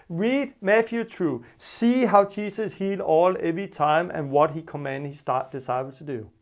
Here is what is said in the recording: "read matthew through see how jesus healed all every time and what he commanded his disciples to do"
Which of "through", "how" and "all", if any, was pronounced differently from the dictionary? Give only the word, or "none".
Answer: through